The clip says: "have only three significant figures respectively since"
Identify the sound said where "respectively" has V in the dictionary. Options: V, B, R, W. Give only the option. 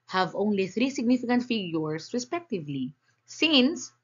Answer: V